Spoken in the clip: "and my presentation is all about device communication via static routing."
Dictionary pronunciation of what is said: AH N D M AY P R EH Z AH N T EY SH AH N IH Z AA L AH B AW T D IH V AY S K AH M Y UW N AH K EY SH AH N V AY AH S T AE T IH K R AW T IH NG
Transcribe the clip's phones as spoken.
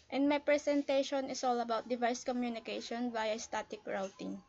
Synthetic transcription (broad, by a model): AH N D M AY P R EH S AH N T EY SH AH N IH S AA L AH B AW T D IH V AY S K AH M Y UW N AH K EY SH AH N B AY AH S T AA T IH K R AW T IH NG